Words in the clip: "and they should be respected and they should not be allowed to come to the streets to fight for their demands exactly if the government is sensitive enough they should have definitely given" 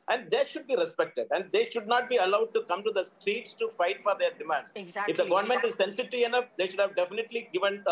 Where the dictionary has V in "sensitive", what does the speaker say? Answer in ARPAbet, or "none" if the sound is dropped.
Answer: none